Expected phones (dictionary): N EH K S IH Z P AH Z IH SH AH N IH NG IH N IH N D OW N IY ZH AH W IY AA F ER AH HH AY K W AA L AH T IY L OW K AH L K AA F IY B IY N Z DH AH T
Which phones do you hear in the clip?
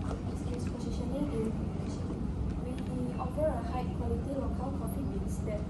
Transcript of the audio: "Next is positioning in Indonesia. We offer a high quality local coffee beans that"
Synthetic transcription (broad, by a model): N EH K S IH S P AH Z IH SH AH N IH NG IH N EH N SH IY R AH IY AA F ER AH HH AY K W AA L AH T IY L OW K AH L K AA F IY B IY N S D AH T